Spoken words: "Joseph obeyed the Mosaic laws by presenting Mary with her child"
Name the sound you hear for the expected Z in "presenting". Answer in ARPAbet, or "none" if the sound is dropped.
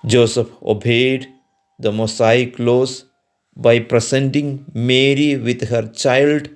S